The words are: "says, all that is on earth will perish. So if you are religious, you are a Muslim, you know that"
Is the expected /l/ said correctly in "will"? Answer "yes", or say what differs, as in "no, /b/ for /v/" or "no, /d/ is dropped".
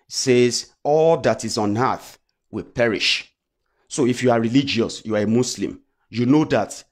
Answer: yes